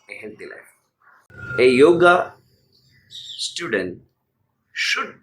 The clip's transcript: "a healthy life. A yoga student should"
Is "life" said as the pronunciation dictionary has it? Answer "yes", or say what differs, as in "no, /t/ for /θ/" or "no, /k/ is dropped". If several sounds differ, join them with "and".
no, /f/ is dropped